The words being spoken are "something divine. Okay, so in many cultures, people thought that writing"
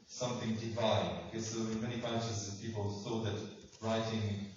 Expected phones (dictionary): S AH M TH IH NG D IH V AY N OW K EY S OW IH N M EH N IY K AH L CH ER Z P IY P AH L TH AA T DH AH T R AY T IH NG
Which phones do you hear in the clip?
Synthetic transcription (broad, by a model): S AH M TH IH NG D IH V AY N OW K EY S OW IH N M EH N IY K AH N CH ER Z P IY P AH L S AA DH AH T R AY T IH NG